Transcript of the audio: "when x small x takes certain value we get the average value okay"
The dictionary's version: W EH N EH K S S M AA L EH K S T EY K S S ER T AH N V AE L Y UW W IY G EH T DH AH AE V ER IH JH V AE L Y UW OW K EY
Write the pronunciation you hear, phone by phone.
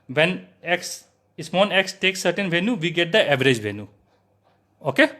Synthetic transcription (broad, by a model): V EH N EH K S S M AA N EH K S T EY K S S ER T AH N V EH N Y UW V IY G EH T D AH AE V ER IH JH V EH N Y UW OW K EY